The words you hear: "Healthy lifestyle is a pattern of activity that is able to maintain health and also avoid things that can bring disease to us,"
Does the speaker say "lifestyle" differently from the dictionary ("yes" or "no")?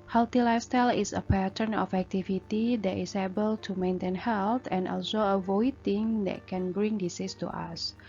yes